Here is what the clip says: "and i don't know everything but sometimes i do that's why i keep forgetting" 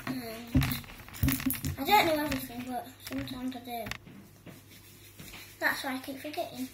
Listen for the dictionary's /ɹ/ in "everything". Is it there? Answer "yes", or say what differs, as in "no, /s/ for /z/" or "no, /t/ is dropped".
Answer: no, /ɹ/ is dropped